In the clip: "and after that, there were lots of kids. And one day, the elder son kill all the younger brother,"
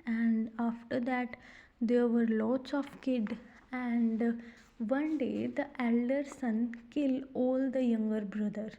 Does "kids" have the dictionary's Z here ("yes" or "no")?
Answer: no